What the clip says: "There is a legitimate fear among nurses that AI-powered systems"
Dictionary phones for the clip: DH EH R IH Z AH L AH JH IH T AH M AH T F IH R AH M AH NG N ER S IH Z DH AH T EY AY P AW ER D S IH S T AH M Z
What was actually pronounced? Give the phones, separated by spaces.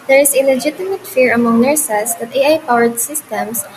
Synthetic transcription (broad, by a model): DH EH R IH S AH L AH JH IH T AH M AH T F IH R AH M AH NG N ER S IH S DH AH T EY AY P AW ER D S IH S T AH M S